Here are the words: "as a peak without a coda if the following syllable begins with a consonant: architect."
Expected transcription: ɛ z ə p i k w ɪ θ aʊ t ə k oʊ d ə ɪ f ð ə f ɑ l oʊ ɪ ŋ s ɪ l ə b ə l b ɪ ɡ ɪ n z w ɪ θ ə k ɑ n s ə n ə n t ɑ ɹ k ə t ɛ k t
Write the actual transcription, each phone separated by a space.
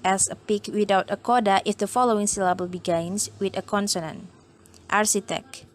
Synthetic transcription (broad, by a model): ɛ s ə p i k w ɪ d aʊ t ə k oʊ d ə ɪ f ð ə f ɑ l oʊ ɪ ŋ s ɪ l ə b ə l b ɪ ɡ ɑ n s w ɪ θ ə k ɑ n s ə n ə n t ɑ ɹ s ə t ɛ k